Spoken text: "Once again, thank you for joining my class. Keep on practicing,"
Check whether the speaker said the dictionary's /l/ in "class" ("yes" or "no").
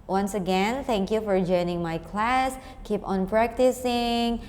yes